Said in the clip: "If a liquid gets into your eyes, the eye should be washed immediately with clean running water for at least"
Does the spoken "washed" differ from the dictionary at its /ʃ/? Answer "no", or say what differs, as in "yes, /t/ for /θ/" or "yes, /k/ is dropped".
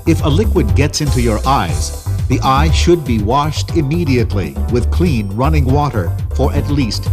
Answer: no